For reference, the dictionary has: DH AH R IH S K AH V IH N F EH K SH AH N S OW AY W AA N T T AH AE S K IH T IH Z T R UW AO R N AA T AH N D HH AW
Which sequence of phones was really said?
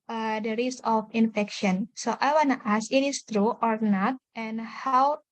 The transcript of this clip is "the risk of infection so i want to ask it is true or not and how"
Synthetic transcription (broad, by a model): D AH R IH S AH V IH N F EH K SH AH N S OW AY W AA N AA T AH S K IH T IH S T R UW AO R N AA T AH N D HH AW